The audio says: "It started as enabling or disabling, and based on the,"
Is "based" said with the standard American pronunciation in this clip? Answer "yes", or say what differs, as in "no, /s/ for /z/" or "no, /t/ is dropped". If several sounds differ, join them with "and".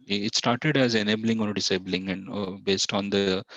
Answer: yes